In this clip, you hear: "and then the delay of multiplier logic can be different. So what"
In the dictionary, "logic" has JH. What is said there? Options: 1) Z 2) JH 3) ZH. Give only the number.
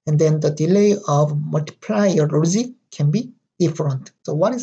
1